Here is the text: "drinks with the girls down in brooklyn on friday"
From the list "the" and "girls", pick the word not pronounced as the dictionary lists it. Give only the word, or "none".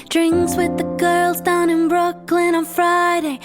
none